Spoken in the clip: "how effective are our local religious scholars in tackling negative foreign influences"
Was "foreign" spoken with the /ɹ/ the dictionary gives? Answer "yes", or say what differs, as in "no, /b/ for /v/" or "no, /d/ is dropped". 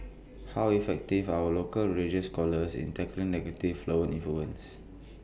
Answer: no, /ɹ/ is dropped